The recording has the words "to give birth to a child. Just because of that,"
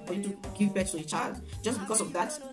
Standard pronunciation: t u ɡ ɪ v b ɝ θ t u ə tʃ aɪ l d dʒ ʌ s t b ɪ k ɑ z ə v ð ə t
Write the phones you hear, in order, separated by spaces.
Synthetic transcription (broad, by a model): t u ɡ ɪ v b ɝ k t u ə tʃ aɪ l d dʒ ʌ s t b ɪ k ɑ s ə v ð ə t